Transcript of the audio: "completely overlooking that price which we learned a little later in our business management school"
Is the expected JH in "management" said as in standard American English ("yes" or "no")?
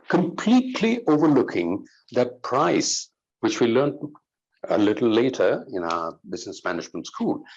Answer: no